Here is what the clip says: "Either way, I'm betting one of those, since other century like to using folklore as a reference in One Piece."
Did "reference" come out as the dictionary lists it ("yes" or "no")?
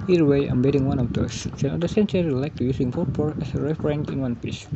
no